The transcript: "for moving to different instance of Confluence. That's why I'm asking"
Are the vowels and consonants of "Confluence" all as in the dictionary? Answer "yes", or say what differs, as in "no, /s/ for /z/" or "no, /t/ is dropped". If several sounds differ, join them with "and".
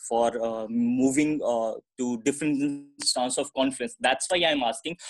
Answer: no, /l/ is dropped